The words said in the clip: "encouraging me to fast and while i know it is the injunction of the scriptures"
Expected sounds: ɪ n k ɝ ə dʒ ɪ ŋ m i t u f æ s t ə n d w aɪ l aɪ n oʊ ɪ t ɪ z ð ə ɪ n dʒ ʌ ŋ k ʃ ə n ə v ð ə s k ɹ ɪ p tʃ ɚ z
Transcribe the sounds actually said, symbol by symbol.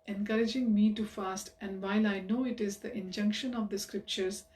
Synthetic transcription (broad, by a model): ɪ n k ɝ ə dʒ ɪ ŋ m i t u f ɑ s t ə n d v aɪ l aɪ n oʊ ɪ t ɪ z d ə ɪ n dʒ ʌ ŋ k ʃ ə n ə v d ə s k ɹ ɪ p tʃ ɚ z